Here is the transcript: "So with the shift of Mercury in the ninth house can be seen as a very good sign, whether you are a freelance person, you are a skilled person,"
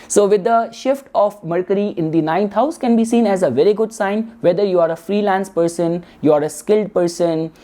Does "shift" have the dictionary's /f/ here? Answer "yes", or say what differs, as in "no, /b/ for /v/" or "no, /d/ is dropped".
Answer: yes